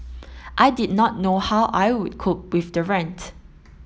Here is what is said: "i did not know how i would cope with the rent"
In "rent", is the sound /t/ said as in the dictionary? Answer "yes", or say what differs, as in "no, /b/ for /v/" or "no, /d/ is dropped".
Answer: yes